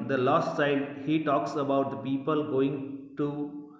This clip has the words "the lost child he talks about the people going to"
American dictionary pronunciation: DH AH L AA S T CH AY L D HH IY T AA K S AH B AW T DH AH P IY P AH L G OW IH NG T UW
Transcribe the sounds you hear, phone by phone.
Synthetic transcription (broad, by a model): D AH L AA S T S AY D HH IY T AA K S AH B AW T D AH P IY P AH L G OW IH NG T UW